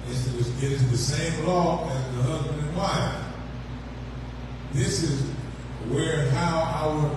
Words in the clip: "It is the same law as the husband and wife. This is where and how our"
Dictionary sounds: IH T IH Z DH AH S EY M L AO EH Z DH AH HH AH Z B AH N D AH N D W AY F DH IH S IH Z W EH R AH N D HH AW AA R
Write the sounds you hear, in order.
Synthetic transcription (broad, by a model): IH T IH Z DH AH S EY M L AO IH Z DH AH HH AH Z B AH N D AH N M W AY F DH IH S IH Z W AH R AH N HH AW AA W